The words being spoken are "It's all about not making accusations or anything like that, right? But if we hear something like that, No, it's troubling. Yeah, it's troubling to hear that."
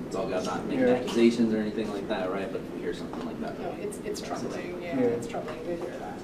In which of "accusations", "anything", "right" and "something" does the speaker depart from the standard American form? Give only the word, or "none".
none